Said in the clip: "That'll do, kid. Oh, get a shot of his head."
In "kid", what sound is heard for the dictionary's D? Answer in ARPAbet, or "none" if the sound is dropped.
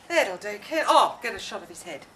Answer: none